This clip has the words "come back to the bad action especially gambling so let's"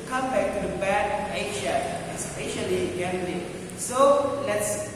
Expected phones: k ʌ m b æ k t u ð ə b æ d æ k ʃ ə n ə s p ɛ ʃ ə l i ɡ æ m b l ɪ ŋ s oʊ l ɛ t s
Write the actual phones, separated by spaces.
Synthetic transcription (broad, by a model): k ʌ m b æ k t u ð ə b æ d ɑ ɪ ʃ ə ə s p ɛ ʃ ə l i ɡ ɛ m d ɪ s oʊ l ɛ t s